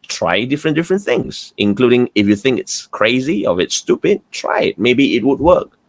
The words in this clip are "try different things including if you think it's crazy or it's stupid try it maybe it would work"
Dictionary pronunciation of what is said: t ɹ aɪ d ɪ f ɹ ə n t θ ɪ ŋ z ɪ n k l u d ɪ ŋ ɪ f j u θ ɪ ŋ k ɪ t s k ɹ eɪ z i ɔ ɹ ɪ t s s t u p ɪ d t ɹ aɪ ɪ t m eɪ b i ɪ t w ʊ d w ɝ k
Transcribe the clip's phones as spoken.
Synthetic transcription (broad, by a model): t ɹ aɪ d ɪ f ɹ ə n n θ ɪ ŋ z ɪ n k l u d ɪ ŋ ɪ f j u θ ɪ ŋ k ɪ t s k ɹ eɪ z i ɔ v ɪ t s s t u p ɪ d t ɹ aɪ ɪ t m eɪ b i ɪ t w ʊ d w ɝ k